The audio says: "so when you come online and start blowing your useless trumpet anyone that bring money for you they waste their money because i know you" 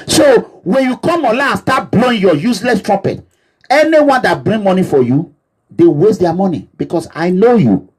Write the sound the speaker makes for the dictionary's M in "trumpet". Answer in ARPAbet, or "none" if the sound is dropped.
none